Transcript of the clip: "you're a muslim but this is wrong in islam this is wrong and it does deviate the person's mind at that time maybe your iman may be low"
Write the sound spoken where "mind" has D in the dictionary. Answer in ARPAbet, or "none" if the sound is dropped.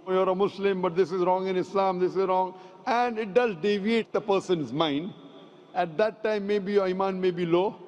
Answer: D